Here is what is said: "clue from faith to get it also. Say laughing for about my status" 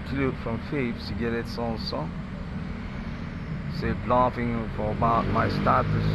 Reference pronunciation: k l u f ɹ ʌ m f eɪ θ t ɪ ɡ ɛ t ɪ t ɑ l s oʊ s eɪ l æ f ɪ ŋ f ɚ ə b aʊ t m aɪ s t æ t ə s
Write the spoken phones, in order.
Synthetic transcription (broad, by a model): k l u f ɹ ʌ m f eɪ s t ɪ ɡ ɛ t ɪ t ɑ n s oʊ s eɪ l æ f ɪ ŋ f ɚ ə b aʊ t m aɪ s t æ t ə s